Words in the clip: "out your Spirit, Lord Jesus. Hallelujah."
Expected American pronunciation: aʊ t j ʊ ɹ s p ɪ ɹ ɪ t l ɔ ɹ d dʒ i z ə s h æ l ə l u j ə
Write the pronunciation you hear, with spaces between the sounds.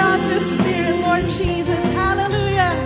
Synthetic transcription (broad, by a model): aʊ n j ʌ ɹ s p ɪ ɹ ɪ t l ɔ ɹ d dʒ i z ə s h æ l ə l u j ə